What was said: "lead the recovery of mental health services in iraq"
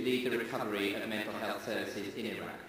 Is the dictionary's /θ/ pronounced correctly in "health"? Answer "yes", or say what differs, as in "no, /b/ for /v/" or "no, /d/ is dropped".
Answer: yes